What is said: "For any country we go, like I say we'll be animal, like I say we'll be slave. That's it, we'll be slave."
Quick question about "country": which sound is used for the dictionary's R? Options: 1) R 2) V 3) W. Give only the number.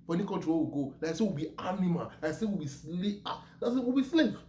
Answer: 3